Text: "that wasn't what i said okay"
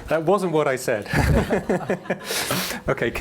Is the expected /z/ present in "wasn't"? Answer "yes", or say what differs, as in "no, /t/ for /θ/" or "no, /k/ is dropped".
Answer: yes